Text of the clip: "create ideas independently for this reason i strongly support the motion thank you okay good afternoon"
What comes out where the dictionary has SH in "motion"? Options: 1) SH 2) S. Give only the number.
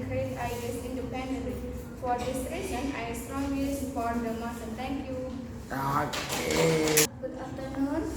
2